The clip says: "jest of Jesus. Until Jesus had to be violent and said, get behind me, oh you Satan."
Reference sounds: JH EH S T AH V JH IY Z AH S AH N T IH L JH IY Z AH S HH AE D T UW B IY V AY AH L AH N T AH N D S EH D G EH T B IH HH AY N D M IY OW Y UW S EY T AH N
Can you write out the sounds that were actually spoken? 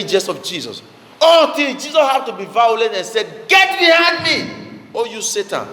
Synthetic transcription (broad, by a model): JH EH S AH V JH IY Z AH S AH N T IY L JH IY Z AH S HH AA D T UW B IY V AY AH L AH T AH N S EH G EH T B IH HH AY D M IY OW Y UW S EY T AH N